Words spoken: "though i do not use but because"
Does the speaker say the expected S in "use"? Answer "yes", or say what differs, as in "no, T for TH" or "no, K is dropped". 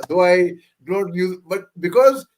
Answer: no, S is dropped